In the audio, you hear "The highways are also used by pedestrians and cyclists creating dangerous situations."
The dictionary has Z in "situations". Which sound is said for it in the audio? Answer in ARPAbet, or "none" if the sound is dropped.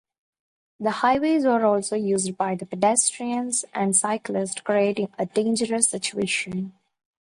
none